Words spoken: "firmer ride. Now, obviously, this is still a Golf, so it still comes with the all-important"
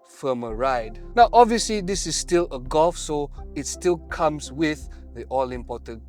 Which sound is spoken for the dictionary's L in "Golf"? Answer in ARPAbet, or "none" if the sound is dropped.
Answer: L